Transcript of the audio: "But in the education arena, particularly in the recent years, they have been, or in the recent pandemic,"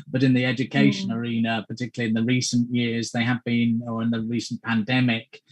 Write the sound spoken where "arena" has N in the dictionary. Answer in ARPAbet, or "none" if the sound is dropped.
N